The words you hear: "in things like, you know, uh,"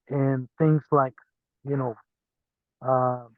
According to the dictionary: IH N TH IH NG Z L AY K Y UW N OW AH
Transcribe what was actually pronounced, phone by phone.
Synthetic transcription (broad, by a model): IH N TH IH NG Z L AY K Y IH N OW AH